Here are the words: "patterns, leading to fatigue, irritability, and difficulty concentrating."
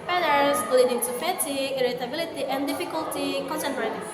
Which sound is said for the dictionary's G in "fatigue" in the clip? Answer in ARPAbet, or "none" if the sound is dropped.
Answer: none